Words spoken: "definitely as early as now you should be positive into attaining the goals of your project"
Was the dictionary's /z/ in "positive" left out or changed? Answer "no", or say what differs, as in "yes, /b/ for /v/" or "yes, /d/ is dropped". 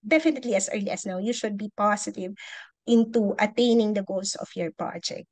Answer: yes, /s/ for /z/